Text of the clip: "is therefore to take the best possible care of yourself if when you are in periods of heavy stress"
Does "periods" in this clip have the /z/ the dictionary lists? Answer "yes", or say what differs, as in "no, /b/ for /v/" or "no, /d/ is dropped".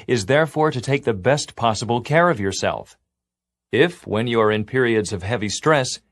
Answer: yes